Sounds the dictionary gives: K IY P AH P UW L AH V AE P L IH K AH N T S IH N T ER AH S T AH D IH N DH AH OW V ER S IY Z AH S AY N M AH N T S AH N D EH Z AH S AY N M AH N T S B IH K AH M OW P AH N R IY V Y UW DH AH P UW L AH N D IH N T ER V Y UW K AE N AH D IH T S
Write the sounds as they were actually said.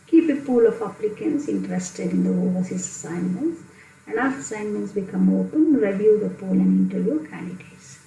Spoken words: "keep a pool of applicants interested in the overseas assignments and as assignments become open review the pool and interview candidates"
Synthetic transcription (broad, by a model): K IY P AH P UW L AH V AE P L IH K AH N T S IH N T ER AH S T AH D IH N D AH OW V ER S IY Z AH S AY N M AH N T S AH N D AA S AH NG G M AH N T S B IH K AH M OW P AH N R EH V Y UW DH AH P UW L AH N D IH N T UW Y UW K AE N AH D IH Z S